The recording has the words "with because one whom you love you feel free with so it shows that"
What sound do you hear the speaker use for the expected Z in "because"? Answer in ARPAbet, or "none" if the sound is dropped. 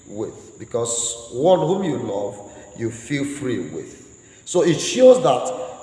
S